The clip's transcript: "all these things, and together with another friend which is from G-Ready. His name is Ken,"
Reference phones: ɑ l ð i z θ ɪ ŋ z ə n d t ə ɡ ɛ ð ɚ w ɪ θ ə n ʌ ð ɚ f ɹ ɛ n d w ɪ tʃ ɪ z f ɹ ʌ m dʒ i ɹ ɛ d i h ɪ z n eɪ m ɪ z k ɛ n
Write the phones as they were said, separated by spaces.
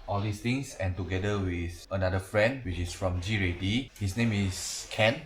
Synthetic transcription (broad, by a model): ɑ l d i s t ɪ ŋ s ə n t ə ɡ ɛ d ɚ w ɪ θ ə n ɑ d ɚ f ɹ ɛ n d w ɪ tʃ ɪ s f ɹ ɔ m dʒ i ɹ ɛ d i h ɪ s n eɪ m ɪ s k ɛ n